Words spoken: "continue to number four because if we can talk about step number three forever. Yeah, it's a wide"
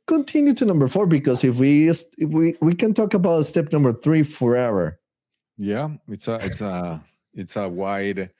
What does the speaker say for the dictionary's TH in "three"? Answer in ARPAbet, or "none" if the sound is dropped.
TH